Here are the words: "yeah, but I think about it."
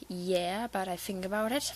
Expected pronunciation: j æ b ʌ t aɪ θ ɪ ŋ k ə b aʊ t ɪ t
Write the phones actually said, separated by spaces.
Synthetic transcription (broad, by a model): j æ b ʌ t aɪ θ ɪ ŋ k ə b aʊ t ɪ t